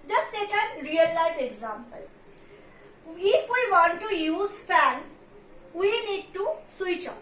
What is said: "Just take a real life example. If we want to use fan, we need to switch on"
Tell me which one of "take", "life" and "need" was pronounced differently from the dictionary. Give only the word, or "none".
life